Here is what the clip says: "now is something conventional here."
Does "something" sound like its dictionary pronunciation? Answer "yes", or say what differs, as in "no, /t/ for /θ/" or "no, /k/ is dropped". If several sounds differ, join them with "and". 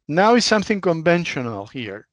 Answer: yes